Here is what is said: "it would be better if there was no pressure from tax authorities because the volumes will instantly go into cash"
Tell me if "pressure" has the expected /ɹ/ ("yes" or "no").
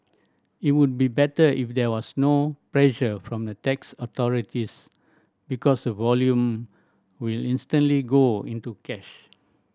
no